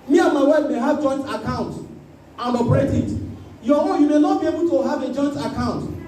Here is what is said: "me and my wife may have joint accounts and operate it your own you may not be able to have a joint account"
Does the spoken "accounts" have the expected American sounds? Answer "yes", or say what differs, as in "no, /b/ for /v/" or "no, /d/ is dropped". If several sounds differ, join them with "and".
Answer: no, /s/ is dropped